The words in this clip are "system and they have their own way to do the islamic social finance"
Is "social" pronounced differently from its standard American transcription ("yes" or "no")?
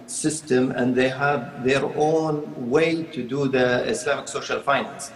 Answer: no